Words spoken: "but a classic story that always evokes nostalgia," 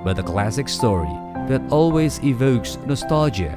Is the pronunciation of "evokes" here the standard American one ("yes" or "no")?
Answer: yes